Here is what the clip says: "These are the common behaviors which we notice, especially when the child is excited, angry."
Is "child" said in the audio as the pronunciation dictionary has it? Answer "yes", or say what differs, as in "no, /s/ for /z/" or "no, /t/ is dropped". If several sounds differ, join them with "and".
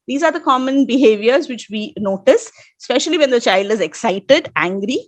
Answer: yes